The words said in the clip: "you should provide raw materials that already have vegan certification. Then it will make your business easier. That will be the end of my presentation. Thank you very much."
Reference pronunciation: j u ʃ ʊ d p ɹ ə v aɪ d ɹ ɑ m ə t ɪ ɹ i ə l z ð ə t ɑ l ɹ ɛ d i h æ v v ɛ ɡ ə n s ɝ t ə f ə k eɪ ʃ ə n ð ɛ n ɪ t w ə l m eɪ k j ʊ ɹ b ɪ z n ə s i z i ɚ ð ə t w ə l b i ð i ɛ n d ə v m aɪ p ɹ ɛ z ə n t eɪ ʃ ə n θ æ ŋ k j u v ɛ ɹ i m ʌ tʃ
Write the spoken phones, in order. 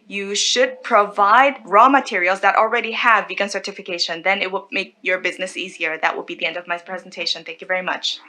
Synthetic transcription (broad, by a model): j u ʃ ʊ d p ɹ ə v aɪ d ɹ ɑ m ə t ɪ ɹ i l z ð ə t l ɹ ɛ d i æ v v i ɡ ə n s ɝ t ə f ə k eɪ ʃ ə n ð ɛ n ɪ t w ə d m eɪ k j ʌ ɹ b ɪ z n ə s i z i ɚ ð ə t w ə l b i ð i ɛ n d ə v m aɪ p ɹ ɛ z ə n t eɪ ʃ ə n θ æ ŋ k j u v ɛ ɹ i m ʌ tʃ